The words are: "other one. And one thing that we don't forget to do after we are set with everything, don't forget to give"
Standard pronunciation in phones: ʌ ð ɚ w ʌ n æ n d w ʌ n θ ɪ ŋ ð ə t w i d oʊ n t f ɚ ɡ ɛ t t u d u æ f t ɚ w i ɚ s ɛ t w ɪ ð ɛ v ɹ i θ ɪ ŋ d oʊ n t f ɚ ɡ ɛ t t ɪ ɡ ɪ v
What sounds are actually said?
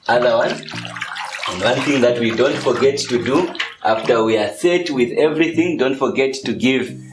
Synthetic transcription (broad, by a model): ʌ ð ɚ w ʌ n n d w ʌ n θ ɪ ŋ ð ə t w i d oʊ n t f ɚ ɡ ɛ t t u d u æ f t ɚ w i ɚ s ɛ t w ɪ ð ɛ v ɹ i θ ɪ ŋ d oʊ n t f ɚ ɡ ɛ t t ɪ ɡ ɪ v